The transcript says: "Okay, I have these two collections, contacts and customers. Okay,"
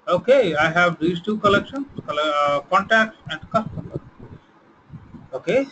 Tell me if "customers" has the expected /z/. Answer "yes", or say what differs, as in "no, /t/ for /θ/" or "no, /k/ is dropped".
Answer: no, /z/ is dropped